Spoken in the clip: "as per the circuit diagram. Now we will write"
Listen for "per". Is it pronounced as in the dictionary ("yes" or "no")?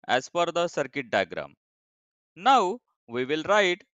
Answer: no